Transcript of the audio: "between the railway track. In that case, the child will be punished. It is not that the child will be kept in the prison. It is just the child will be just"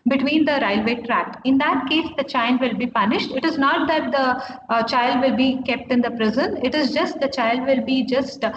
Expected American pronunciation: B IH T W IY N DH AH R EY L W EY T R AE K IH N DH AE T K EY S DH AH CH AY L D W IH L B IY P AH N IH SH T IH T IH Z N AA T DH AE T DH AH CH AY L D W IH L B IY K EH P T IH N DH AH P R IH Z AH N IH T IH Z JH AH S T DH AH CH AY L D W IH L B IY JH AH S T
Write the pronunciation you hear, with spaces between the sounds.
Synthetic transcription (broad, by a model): B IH T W IY N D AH R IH L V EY T R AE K IH N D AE T K EY S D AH CH AY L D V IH L B IY P AH N IH SH T IH T IH Z N AA T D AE T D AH CH AY L D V IH L B IY K EH P T IH N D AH P R IH Z AH N IH T IH Z JH AH S T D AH CH AY L D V IH L B IY JH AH S T